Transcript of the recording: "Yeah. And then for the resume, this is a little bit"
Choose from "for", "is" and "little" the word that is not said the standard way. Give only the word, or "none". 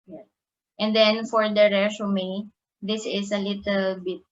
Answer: is